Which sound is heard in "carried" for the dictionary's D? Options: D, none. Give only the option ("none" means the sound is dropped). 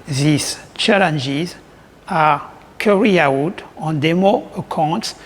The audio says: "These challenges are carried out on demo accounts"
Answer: none